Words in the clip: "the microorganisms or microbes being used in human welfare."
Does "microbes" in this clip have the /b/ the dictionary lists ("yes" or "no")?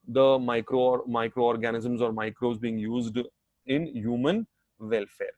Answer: no